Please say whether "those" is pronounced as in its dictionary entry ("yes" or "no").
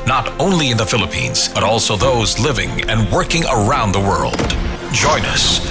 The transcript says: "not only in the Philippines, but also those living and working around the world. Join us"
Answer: yes